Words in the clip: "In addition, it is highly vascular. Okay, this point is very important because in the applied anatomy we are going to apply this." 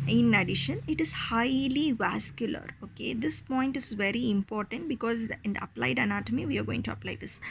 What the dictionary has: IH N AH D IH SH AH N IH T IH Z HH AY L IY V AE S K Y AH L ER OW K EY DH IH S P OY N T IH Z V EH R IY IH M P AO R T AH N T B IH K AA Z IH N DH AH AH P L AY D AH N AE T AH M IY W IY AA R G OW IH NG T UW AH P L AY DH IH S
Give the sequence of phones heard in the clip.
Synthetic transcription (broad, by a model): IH N AH D IH SH AH N IH T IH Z HH AY L IY V AE S K Y AH L ER OW K EY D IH S P OY N T IH Z V EH R IY IH M P AO R T AH N T B IH K AA Z IH N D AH AH P L AY D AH N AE T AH M IY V IY AA R G OW IH NG T UW AH P L AY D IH S